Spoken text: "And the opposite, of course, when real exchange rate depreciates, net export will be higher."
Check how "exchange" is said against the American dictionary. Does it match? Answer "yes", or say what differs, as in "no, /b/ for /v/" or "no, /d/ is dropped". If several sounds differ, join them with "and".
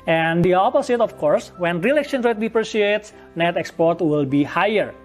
no, /tʃ/ is dropped